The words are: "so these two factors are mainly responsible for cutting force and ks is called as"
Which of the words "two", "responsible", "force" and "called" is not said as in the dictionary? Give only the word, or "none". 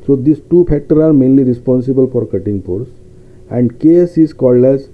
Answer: force